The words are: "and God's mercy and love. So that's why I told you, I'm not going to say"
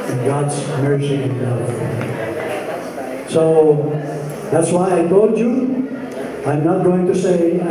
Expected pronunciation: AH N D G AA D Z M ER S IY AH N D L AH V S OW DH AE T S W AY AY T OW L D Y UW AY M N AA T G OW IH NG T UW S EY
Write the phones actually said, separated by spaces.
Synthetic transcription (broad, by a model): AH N G AA D Z M ER S IY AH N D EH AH F S OW DH AE T S W AY AY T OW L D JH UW AY M N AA T G OW IH NG T UW S EY